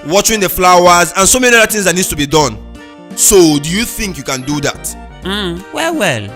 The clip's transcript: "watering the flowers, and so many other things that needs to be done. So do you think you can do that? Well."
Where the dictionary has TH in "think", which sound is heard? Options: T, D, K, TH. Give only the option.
TH